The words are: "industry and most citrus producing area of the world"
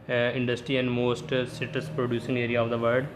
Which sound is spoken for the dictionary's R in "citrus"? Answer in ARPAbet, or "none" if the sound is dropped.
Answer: none